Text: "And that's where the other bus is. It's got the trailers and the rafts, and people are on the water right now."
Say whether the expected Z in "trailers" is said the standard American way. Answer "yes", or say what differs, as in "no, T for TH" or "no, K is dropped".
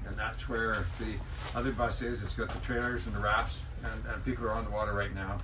yes